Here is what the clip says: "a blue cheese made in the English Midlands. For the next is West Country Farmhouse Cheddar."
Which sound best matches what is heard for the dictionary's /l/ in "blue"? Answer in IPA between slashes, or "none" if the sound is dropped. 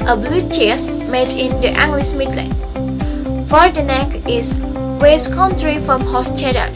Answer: /l/